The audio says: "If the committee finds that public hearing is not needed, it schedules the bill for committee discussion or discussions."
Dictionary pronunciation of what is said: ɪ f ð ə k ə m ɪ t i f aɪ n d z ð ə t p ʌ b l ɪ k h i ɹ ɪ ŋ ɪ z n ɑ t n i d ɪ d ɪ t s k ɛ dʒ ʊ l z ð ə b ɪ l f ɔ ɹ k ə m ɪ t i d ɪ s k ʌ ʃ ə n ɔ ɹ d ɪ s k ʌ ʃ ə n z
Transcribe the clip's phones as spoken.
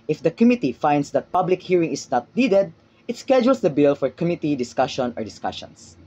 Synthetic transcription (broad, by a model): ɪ f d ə k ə m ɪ t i f aɪ n d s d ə t p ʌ b l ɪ k h i ɹ ɪ ŋ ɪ s n ɑ t n i d ɪ d ɪ t s k ɛ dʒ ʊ l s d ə b ɪ l f ɔ ɹ k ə m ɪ t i d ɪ s k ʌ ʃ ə n ɔ ɹ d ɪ s k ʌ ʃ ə n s